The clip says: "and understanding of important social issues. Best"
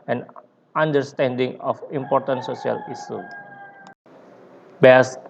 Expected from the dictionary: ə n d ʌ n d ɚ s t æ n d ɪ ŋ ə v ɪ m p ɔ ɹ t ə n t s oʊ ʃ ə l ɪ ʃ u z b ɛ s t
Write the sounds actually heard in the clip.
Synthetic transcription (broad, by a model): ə n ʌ n d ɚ s t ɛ n d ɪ ŋ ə f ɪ m p ɔ ɹ t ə n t s oʊ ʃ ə l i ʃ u b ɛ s